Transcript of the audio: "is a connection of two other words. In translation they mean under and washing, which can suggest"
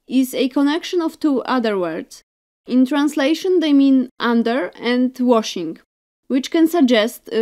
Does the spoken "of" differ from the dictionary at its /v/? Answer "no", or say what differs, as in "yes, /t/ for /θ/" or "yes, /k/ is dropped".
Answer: yes, /f/ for /v/